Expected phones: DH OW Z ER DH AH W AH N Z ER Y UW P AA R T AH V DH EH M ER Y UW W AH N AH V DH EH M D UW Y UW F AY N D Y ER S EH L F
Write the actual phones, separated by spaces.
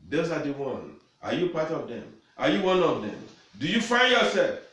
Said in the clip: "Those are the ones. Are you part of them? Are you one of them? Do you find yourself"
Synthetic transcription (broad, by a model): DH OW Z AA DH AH W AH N AA Y UW P AA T AH V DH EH M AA Y UW W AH N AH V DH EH M D UW Y UW F AY N D Y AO S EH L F